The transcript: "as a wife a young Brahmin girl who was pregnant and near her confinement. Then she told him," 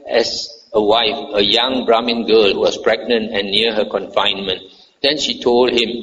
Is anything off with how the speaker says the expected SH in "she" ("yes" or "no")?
no